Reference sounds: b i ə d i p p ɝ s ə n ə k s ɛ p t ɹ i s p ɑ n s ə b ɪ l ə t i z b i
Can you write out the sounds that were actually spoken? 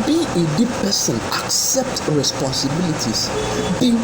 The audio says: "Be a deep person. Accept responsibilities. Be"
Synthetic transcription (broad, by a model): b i ə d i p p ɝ s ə n ə k s ɛ p t ɹ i s p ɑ n s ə b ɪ l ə t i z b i